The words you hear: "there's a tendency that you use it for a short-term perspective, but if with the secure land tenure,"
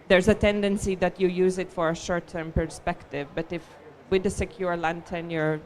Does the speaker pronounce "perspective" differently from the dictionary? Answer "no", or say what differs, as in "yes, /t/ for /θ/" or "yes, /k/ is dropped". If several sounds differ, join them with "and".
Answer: no